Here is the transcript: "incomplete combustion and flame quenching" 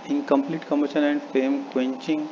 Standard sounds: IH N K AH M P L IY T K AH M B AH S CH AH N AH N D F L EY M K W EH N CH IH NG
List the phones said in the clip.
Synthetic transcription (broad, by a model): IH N K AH M P L IY T K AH M AH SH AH N AH N D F EY M K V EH N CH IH NG